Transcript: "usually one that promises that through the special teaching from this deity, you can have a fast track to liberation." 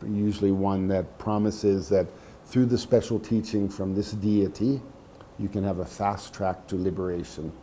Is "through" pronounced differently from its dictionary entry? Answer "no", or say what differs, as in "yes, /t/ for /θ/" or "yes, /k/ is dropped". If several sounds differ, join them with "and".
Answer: no